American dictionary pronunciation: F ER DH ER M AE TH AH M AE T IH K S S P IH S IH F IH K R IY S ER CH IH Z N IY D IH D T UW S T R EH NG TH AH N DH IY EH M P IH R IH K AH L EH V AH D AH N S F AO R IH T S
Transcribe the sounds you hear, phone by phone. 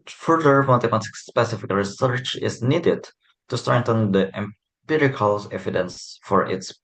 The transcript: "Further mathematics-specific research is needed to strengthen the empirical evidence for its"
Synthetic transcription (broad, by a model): F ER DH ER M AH T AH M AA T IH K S S P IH S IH F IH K R IY S ER CH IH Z N IY D IH D T UW S T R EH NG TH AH N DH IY EH M P IH R IH K AH L EH V AH D AH N S F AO R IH T S